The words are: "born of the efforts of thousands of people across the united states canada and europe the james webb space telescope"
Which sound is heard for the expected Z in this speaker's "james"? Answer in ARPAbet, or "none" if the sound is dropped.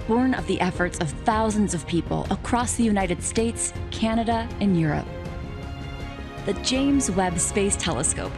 Z